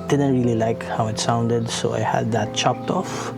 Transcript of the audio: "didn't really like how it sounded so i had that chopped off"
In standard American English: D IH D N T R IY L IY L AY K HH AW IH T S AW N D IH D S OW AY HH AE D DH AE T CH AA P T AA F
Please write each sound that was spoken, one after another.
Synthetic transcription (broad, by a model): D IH D N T R IY L IY L AY K HH AW IH T S AW N D IH D S OW AY HH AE D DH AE T CH AA P T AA F